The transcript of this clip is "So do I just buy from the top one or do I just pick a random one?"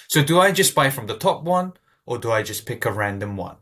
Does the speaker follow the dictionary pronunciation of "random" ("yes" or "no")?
yes